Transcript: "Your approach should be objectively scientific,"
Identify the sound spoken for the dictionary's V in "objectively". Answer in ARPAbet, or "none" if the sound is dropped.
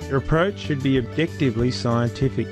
V